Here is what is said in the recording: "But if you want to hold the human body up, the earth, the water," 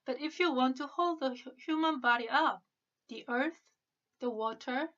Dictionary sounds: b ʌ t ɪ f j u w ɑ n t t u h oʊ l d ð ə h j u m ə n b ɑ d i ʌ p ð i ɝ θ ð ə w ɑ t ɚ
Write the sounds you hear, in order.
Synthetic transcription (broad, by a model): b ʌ t ɪ f j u w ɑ n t t u h oʊ l d ð ə h j u m ə n b ɑ d i ʌ p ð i ɝ θ ð ə w ɑ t ɚ